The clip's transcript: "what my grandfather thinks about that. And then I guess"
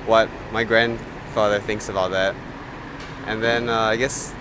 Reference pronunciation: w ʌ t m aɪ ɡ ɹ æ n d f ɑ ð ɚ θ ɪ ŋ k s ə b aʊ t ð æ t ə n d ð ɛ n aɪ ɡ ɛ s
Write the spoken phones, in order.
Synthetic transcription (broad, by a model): w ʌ t m aɪ ɡ ɹ æ n d f ɑ ð ɚ θ ɪ ŋ k s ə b aʊ t ð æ t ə n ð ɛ n aɪ ɡ ɛ s